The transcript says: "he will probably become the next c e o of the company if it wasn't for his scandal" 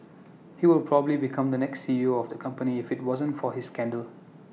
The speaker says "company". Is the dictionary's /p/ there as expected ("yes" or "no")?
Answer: yes